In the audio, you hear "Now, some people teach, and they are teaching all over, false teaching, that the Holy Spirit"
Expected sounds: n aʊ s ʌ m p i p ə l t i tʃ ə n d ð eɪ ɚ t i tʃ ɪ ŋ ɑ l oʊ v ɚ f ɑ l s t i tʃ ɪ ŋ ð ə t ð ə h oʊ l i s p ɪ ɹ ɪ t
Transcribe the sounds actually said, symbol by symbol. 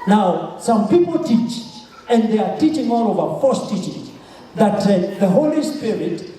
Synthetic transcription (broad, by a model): n aʊ s ʌ m p i p l t i tʃ ə n d ð eɪ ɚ t i tʃ ɪ ŋ ɑ l oʊ v ɚ f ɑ s t i tʃ ɪ ŋ ð ə t ð ə h oʊ l i s p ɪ ɹ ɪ t